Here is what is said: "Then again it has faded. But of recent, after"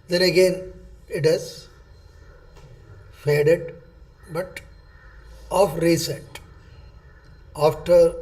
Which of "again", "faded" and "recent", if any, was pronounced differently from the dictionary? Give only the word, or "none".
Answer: recent